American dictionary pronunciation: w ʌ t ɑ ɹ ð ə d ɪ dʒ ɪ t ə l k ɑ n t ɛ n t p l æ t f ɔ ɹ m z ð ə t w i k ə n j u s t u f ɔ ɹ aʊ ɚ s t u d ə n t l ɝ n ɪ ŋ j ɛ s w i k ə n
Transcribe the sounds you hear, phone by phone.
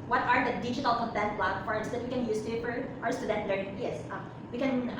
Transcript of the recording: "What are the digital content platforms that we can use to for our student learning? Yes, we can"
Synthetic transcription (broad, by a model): w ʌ t ɑ ɹ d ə d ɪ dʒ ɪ t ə l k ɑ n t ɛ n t b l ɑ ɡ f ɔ ɹ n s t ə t w i k ə n j u s t u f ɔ ɹ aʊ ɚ s t u d ə n t l ɝ n ɪ ŋ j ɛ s w i k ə n